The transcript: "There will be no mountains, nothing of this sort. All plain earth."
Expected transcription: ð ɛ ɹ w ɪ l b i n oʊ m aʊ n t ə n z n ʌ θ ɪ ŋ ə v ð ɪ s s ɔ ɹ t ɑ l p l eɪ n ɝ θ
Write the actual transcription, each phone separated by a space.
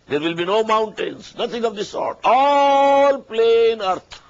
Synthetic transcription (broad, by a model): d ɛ ɹ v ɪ l b i n oʊ m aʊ n t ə n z n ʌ t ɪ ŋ ə v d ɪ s s ɔ ɹ t ɑ l p l eɪ n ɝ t